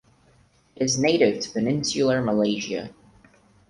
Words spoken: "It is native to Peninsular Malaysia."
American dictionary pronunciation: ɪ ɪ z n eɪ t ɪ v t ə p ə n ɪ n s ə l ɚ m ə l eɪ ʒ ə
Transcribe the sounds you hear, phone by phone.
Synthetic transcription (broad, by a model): ɪ ɪ z n eɪ t ɪ v t ə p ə n ɪ n s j l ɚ m ə l eɪ ʒ ə